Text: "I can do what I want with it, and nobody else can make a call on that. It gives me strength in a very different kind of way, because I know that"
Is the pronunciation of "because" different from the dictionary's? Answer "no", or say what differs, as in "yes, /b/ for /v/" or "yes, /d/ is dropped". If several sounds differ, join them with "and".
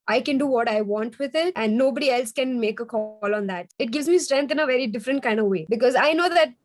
no